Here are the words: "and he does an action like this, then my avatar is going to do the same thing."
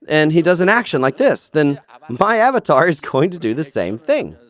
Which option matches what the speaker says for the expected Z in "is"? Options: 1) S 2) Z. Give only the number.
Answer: 2